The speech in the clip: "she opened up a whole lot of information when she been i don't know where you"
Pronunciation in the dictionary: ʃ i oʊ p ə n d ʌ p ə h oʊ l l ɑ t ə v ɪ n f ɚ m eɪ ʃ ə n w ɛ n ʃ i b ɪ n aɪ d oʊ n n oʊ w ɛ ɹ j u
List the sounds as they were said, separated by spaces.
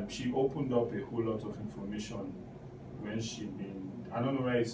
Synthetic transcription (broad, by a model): ʃ i oʊ p ə n d ʌ p ə h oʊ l l ɑ t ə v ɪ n f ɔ m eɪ ʃ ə n w ɛ n ʃ i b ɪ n aɪ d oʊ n n oʊ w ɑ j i